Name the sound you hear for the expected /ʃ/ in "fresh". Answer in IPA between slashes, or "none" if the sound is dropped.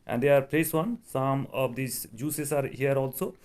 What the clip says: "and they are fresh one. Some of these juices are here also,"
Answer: /s/